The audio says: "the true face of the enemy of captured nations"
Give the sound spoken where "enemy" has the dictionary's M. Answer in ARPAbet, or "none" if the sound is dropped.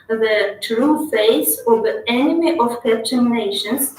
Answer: M